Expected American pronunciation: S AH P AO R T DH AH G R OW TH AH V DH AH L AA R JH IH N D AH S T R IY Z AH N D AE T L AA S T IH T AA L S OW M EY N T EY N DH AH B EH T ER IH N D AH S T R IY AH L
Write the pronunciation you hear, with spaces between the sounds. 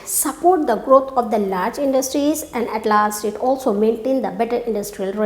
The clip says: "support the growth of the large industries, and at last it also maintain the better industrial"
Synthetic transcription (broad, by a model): S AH P AO R T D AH G R OW T AH V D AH L AA R JH IH N D AH S T R IY Z AH N D AE T L AA S T IH T AA L S OW M EY N T EY N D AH B EH T ER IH N D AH S T R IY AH L